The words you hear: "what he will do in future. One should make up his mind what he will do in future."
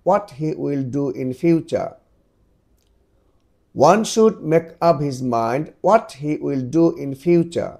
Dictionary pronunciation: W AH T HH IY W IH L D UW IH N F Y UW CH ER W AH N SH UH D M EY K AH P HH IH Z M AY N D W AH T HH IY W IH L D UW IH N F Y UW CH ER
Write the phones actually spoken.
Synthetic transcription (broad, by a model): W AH T HH IY W IH L D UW IH N F Y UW CH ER W AH N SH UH D M EY K AH P HH IH Z M AY N D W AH T HH IY W IH L D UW IH N F Y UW CH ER